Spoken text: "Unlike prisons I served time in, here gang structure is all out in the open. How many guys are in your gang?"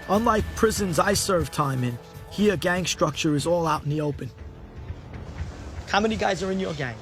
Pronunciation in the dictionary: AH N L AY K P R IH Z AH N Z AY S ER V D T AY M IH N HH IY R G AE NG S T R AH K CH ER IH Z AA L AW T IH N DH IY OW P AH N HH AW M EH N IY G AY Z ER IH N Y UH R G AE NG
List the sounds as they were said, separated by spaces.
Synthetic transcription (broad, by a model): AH N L AY P R IH Z AH N Z AY S ER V T AY M IH N HH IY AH G AE NG S T R AH K CH ER IH Z AA L AW T N DH IY OW P AH N HH AW M EH N IY G AY Z ER IH N Y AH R G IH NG